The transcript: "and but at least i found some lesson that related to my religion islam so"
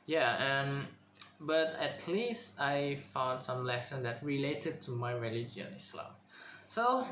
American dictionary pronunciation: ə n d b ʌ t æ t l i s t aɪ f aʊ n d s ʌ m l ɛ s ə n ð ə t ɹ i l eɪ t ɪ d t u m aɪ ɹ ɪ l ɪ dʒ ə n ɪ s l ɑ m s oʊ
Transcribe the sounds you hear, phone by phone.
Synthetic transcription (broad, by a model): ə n b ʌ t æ t l i s t aɪ f aʊ n d s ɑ m l ɛ s ə n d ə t ɹ i l eɪ t ɪ d t u m aɪ ɹ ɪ l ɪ dʒ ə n ɪ s l ɑ m s oʊ